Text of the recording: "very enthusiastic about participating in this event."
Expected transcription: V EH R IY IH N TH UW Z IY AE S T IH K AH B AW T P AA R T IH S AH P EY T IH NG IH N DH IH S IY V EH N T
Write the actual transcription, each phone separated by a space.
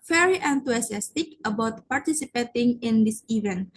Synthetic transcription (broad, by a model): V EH R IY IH N T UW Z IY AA S T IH K AH B AW T P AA R T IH S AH P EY T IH NG IH N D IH S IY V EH N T